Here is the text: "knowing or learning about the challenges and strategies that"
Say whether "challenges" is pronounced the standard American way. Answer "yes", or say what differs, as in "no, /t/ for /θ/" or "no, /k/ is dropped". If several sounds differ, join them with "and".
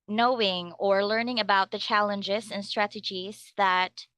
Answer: yes